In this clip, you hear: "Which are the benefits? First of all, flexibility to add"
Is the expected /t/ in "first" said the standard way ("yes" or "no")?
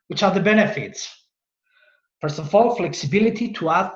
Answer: no